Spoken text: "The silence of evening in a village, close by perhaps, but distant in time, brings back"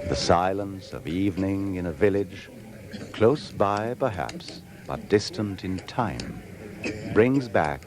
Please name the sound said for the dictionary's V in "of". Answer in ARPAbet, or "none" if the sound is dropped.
V